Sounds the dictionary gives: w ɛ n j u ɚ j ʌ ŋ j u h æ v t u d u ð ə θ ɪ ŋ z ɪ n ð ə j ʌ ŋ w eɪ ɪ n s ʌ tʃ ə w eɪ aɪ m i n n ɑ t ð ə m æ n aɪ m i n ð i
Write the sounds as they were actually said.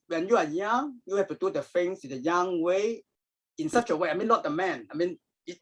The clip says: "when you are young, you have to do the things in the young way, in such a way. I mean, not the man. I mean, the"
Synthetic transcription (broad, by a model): w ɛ n j u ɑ j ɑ ŋ j u h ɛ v t u d u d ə f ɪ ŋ s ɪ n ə j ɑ ŋ w eɪ ɪ n s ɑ tʃ ə w eɪ aɪ m i n l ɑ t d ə m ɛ n aɪ m i n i